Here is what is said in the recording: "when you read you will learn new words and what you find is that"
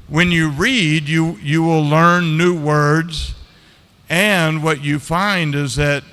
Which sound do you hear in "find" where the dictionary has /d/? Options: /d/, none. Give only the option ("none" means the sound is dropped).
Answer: /d/